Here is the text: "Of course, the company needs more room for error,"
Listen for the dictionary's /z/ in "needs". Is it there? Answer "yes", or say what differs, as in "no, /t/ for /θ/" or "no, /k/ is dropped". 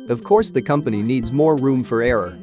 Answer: yes